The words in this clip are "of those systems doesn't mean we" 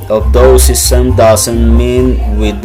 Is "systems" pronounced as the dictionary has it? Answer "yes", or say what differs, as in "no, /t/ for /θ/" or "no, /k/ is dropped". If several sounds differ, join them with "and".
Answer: no, /z/ is dropped